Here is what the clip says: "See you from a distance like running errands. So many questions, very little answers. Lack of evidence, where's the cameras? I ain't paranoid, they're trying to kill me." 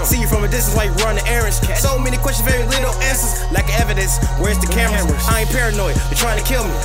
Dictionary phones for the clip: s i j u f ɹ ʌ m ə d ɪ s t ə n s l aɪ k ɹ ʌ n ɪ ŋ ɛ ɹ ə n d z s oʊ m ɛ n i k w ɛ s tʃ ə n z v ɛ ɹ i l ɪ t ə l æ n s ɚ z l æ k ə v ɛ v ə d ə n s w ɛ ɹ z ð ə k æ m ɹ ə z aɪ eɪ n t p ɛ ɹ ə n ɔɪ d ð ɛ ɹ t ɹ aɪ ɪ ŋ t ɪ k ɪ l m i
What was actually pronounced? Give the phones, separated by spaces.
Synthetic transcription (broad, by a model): s i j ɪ f ɹ ʌ m ə d ɪ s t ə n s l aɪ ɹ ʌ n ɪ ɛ ɹ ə n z s oʊ m ɛ n i k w ɛ s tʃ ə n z v ɛ ɹ i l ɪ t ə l æ n s ɚ z l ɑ ə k ɛ v ə d ə n s w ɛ ɹ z ð ə k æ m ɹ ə ɪ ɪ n p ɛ ɹ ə n ɔɪ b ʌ t ɹ aɪ ɪ ŋ t ɪ k ɪ l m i